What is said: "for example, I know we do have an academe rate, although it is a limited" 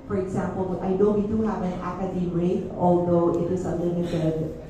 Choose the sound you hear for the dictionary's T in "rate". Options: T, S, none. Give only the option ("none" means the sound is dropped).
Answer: none